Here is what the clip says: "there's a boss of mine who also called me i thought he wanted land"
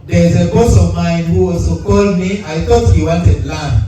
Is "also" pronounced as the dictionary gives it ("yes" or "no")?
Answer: no